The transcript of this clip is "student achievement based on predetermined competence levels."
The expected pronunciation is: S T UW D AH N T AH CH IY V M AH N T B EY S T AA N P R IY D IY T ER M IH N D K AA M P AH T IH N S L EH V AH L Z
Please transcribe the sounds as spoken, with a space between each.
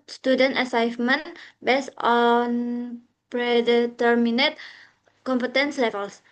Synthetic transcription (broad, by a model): S T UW D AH N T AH S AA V M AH N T B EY S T AA N P R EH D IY T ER M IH N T K AA M P AH T IH N S L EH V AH L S